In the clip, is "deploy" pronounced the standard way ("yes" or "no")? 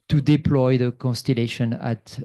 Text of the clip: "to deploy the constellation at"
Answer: yes